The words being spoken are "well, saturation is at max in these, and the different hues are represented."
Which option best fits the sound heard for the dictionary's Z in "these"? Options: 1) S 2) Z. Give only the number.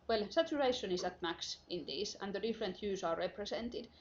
1